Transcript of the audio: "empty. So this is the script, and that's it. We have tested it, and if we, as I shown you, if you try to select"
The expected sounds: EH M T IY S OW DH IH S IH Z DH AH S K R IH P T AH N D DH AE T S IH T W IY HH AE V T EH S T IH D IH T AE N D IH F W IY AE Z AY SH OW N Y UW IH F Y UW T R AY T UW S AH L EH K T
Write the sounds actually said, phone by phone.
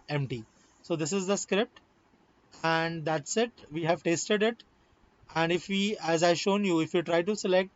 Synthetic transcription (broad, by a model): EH M T IY S OW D IH S IH Z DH AH S K R IH P T AH N D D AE T S IH T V IY HH AE V T EH S T IH D IH T AE N D IH F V IY AE Z AY SH OW N Y UW IH F Y UW T R AY T UW S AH L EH K T